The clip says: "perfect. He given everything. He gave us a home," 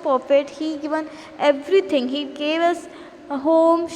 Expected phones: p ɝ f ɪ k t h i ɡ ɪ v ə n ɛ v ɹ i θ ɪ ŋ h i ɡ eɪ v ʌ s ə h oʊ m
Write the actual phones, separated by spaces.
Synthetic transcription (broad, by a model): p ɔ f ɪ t h i ɡ ɪ v ə n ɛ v ɹ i t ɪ ŋ h i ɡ eɪ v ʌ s h oʊ m